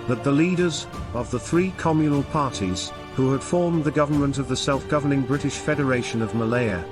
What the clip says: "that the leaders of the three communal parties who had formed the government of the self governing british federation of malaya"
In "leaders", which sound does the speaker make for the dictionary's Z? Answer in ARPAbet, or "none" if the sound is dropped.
Z